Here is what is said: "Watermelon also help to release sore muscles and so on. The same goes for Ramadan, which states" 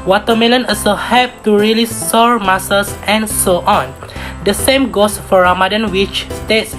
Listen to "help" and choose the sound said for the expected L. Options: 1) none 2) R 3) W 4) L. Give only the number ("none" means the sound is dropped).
1